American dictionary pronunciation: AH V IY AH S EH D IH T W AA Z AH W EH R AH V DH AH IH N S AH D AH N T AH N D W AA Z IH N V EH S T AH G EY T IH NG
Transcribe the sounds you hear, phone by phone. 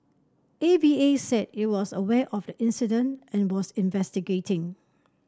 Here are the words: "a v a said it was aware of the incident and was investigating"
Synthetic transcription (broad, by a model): AH B IY AH S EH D IH T W AA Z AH W EH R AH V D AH IH N S AH D AH N T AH N W AA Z IH N V EH S T AH G EY T IH NG